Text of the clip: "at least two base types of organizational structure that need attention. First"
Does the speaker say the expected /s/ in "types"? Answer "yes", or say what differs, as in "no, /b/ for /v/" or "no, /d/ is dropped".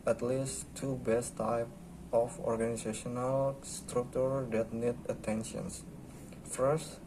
no, /s/ is dropped